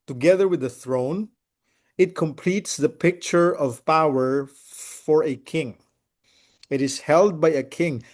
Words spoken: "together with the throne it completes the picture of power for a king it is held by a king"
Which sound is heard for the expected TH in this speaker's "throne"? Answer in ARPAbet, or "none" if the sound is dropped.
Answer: TH